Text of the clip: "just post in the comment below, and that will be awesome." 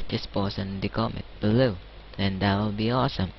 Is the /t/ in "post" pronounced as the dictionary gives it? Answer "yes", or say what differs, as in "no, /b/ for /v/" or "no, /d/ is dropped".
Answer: no, /t/ is dropped